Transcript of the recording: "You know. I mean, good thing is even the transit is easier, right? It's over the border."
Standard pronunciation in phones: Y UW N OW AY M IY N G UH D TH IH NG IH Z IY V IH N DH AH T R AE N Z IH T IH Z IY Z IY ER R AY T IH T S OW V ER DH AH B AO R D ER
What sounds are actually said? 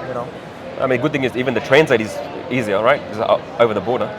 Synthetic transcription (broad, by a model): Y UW N OW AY M IY N G UH D TH IH NG IH Z IY V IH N DH AH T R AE N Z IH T IH Z IY Z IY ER R AY T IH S OW V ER DH AH B AO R D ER